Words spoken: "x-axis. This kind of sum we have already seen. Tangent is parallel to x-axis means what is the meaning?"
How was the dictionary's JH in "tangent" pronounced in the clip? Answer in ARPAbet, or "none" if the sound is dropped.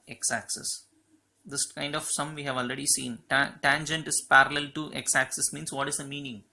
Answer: JH